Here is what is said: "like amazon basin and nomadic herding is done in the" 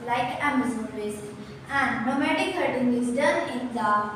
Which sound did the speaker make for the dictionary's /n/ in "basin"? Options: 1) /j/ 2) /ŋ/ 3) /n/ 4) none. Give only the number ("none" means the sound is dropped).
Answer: 4